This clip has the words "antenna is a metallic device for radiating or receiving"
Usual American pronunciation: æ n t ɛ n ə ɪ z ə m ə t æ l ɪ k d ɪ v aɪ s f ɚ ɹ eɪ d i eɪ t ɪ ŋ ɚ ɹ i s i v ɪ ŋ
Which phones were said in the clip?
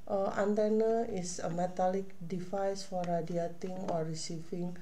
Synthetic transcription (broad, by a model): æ n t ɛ n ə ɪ s ə m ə t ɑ l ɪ k d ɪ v aɪ s f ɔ ɹ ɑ d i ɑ t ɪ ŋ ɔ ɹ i s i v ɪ ŋ